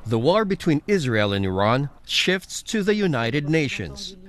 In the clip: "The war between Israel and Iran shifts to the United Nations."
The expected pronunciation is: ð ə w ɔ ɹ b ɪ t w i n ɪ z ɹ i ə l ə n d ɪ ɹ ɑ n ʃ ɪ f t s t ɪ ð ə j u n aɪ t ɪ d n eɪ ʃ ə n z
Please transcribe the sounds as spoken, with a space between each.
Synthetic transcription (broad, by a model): ð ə w ɔ ɹ b ɪ t w i n ɪ z ɹ i ə l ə n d ɪ ɹ ɑ n ʃ ɪ f t s t ɪ ð ə j u n aɪ t ɪ d n eɪ ʃ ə n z